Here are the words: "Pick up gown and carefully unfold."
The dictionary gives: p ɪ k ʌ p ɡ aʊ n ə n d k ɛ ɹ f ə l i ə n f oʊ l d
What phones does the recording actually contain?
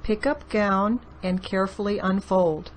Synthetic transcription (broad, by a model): p ɪ k ʌ p ɡ aʊ n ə n k ɛ ɹ f l i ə n f oʊ l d